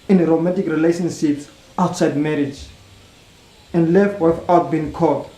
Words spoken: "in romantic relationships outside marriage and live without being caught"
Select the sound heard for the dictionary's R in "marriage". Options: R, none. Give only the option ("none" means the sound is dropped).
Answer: R